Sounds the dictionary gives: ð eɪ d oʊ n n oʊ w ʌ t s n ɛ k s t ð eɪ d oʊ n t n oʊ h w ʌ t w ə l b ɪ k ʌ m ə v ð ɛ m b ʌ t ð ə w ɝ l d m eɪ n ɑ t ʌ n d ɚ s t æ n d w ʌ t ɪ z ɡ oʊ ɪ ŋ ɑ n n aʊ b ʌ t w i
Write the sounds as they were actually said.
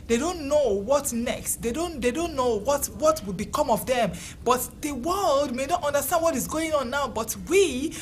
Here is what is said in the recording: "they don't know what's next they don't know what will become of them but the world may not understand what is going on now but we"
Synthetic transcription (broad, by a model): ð eɪ d oʊ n n oʊ w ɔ t n ɛ k s t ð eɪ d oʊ n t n oʊ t w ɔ t w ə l b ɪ k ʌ m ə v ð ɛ m b ʌ t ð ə w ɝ l d m eɪ n ɑ t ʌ n d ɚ s t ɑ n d w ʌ t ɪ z ɡ oʊ ɪ ŋ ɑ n n aʊ b ʌ t w i